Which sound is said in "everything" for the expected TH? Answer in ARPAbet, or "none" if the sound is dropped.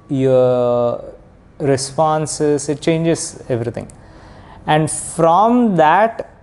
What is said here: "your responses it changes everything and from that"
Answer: T